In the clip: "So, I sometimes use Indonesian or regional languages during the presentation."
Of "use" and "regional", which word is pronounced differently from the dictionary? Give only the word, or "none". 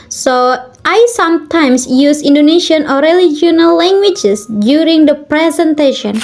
regional